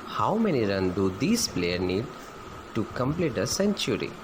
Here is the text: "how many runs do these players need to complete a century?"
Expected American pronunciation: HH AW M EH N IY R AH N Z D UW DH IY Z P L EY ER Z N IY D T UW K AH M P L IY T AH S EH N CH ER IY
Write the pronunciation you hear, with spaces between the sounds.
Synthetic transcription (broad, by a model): HH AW M EH N IY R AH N D UW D IY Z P L EY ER N IY D T UW K AH M P L IY T AH S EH N CH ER IY